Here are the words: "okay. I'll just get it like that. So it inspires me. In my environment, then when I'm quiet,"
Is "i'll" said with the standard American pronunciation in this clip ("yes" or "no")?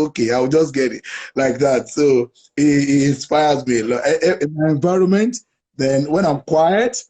no